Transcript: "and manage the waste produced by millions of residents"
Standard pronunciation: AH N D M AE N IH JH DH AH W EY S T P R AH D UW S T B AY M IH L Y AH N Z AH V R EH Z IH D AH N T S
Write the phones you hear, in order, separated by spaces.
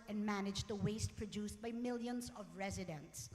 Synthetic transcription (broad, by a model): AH N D M AE N IH JH DH AH W EY S T P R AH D UW S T B AY M IH L Y AH N Z AH V R EH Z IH D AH N T S